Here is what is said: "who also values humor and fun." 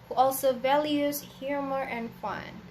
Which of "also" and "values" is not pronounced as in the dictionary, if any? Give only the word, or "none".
none